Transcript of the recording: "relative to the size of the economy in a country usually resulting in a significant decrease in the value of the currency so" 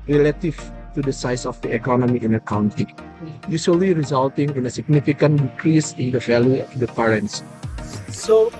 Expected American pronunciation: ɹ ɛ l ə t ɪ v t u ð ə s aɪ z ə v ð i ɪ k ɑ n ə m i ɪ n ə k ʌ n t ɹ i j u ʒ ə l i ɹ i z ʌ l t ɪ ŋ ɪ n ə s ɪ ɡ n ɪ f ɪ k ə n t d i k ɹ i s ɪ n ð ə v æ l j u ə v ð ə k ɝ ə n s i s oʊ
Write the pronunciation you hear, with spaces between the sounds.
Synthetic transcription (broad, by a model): ɹ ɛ l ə t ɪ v t u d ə s aɪ s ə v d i ɪ k ɑ n ə m i ɪ n ə k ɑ n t i j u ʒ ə l i ɹ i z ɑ l t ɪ ŋ ɪ n ə s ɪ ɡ n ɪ f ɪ k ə n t d i k ɹ i s ɪ n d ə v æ l j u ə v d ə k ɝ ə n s s oʊ